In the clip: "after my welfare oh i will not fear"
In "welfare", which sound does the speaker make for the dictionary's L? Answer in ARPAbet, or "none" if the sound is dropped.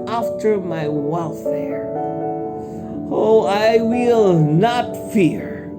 L